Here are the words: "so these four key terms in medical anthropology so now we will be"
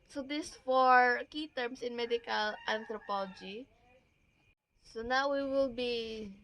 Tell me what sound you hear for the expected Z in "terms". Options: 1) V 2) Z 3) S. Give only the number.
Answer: 3